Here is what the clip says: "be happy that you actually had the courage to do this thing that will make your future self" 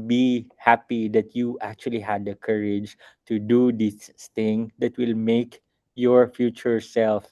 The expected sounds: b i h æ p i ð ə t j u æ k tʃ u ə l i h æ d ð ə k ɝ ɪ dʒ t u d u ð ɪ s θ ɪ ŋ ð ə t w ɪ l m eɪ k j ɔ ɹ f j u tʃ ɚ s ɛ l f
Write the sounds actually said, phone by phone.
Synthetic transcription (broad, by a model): b i h æ p i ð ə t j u æ k tʃ u ə l i h æ d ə k ɝ ɪ dʒ t u d u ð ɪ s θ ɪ ŋ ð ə t w ɪ l m eɪ k j ɔ ɹ f j u tʃ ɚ s ɛ l f